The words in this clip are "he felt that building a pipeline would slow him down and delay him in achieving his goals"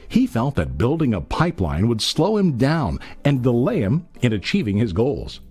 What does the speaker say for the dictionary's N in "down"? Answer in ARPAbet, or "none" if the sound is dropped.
N